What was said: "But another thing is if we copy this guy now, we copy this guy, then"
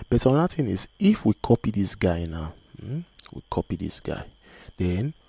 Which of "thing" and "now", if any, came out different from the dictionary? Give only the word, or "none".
thing